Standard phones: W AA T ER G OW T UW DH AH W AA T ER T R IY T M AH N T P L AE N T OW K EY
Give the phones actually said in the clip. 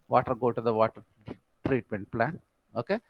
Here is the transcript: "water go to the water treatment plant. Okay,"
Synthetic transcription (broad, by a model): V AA T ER G OW T UW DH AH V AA T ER T R IY T M AH N T P L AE N OW K EY